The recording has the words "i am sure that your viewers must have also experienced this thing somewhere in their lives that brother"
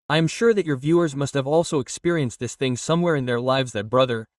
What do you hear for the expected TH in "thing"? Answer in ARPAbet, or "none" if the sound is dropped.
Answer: TH